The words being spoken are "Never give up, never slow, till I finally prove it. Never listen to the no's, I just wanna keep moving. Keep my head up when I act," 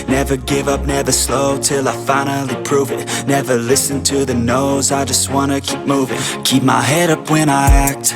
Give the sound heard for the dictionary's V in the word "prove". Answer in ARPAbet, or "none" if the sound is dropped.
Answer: V